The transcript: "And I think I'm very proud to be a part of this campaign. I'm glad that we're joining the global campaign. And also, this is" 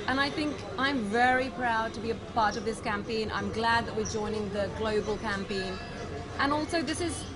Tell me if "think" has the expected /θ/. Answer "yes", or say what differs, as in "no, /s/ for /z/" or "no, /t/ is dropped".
yes